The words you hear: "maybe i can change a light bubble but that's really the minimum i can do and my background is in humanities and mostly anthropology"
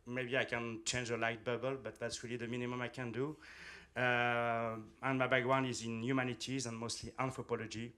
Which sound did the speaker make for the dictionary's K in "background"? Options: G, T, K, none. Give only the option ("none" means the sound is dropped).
none